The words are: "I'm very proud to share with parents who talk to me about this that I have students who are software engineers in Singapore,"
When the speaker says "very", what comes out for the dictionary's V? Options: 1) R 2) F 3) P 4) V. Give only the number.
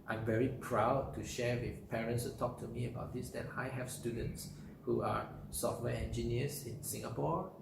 4